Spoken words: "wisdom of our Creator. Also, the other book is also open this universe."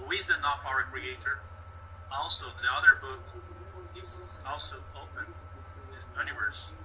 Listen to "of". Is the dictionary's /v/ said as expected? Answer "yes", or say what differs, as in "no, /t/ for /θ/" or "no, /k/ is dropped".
no, /f/ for /v/